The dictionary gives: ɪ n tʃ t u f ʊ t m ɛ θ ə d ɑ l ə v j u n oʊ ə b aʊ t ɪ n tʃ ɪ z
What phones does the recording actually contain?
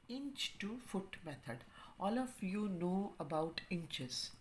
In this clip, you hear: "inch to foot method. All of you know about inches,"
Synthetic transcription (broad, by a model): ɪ n tʃ t u f ʊ t m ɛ t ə d ɑ l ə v j u n oʊ ə b aʊ t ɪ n tʃ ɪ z